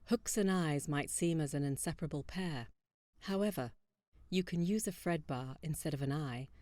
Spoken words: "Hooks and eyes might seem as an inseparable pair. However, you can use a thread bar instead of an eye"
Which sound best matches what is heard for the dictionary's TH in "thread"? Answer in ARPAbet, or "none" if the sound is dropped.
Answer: F